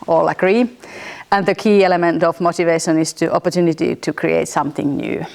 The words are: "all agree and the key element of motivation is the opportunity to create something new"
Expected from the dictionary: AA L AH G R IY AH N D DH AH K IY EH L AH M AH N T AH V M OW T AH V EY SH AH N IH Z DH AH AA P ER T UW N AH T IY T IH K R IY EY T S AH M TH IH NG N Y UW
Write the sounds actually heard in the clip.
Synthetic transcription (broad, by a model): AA L AH G R IY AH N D DH AH K IY EH L AH M AH N T AH V M OW T AH V EY SH AH N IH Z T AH AA P ER T UW N AH T IY T IH K R IY EY T S AH M TH IH NG N Y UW